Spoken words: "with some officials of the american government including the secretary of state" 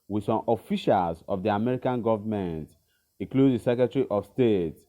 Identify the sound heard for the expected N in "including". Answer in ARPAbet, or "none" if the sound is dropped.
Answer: none